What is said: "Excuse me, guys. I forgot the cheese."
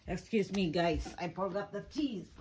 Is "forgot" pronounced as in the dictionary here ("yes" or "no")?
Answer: no